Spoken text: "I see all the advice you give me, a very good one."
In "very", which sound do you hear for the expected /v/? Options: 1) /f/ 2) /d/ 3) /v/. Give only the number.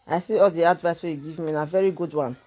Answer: 3